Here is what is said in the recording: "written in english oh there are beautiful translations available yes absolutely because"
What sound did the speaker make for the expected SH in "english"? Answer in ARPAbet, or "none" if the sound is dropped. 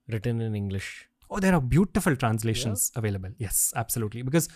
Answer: SH